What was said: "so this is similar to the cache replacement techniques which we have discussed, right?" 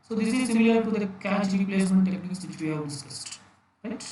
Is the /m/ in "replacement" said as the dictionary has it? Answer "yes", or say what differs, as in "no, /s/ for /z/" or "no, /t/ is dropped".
no, /m/ is dropped